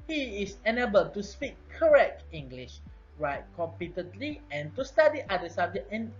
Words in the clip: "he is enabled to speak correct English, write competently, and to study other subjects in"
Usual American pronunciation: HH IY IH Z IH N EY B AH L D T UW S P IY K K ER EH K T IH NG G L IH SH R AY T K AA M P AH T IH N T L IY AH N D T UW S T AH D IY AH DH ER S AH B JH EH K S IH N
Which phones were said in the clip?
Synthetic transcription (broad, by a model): HH IY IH S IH N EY B AH L T UW S P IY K K ER EH K T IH NG G L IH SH R AY T K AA M P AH T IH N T L IY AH N T UW S T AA D IY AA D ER S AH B JH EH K IH N